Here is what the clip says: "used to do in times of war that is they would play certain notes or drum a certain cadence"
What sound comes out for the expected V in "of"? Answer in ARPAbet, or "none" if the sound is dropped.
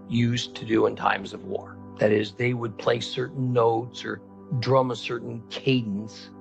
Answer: V